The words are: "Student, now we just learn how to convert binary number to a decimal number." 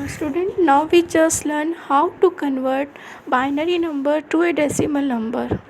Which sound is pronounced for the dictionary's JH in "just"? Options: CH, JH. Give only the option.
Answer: CH